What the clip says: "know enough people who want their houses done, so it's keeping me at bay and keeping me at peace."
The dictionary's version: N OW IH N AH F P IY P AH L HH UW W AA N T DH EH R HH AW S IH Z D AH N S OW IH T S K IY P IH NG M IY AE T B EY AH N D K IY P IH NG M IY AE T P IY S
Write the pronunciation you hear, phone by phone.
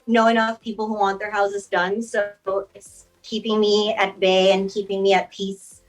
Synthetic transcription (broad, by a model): N OW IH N AH F P IY P L HH UW W AA N DH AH R HH AW S IH Z D AH N S OW IH T S K IY P IH NG M IY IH T B EY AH N K IY P IH NG M IY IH T P IY S